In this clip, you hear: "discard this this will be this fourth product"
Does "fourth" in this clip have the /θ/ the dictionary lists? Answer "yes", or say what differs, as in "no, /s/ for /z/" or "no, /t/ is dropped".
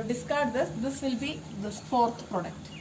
no, /t/ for /θ/